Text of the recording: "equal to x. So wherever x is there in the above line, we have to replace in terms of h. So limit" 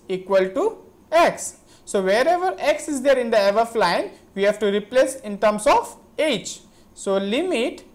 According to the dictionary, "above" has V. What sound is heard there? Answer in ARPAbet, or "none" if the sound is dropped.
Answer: F